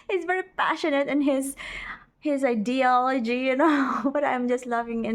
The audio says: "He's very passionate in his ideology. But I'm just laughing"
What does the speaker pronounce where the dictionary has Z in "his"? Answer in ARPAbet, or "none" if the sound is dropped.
Z